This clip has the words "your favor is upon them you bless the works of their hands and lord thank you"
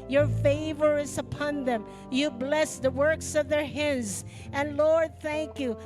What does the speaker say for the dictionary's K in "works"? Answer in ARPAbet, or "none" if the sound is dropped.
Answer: K